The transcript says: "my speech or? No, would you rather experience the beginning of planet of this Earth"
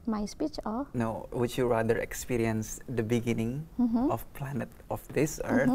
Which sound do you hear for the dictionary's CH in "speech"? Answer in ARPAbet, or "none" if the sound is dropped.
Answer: CH